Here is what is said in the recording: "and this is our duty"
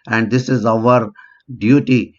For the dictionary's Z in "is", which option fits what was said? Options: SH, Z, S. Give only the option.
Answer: Z